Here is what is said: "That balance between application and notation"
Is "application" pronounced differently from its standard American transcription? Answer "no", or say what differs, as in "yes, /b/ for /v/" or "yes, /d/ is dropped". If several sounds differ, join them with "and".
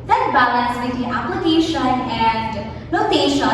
yes, /l/ is dropped